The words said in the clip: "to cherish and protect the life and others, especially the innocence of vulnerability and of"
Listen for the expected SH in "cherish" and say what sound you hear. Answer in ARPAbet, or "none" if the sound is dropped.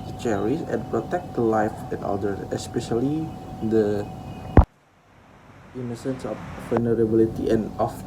S